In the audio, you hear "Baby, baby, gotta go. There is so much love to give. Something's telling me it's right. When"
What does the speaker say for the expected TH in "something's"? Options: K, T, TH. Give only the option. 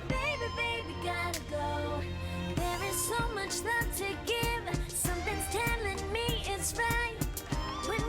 TH